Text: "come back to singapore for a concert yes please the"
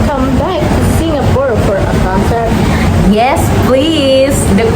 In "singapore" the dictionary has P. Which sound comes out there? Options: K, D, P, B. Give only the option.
B